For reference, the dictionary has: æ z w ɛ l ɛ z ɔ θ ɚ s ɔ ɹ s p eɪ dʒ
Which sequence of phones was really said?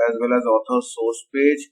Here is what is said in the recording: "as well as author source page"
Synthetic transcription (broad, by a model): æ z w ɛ l ɛ z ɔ t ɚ s ɔ ɹ s p eɪ dʒ